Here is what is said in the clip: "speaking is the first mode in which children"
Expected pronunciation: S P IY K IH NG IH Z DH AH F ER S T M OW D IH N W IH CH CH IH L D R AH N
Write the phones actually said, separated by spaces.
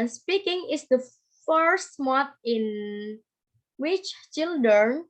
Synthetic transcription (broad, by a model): S P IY K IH NG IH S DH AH F ER S T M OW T IH N W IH CH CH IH L D R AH N